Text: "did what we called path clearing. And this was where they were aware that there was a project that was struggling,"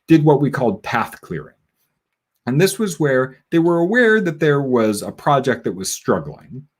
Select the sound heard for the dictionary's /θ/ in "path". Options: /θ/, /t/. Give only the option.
/θ/